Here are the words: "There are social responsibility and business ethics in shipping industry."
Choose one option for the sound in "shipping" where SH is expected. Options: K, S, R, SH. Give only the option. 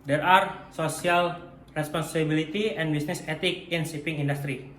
S